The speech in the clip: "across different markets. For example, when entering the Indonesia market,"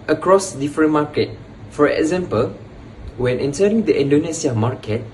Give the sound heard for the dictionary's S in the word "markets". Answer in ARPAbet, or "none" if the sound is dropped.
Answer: none